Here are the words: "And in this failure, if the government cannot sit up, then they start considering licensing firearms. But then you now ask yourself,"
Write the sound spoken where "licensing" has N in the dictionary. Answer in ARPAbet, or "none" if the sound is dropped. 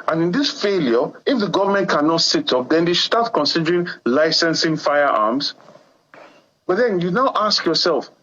N